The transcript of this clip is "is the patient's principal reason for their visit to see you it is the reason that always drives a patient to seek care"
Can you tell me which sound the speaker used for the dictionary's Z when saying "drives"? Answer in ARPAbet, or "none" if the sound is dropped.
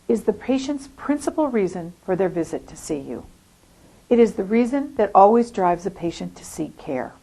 Z